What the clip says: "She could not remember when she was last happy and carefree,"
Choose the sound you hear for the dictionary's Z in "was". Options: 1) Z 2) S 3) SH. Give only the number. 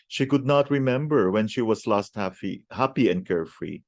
2